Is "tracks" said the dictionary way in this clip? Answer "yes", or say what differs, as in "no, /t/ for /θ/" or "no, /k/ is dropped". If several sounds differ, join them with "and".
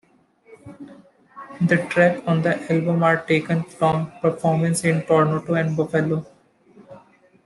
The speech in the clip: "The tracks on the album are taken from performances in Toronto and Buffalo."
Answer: no, /s/ is dropped